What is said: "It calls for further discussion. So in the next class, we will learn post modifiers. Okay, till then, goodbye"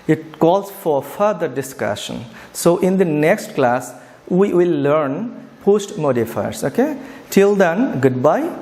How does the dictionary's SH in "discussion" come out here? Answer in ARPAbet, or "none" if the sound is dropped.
SH